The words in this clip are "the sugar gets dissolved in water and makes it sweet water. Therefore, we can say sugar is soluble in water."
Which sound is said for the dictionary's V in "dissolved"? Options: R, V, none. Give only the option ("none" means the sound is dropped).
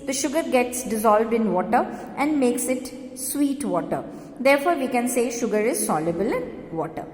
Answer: V